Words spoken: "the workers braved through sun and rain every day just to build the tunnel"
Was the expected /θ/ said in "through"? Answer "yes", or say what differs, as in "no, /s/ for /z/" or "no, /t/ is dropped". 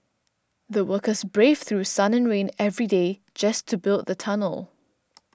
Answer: yes